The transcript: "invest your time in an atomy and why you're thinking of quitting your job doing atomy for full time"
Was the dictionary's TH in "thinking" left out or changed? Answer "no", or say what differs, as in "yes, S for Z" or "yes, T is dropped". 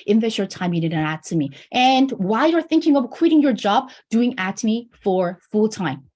no